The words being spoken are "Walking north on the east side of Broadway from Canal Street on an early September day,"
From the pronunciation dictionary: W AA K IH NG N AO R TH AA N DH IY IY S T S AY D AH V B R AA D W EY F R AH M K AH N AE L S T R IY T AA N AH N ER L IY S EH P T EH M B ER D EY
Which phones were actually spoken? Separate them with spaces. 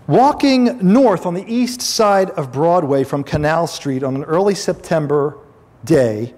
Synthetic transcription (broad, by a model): W AA K IH NG N AO R TH N DH IY IY S T S AY D AH V B R AA D W EY F R AH M K AH N AE L S T R IY T N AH N ER L IY S EH P T EH M B ER D EY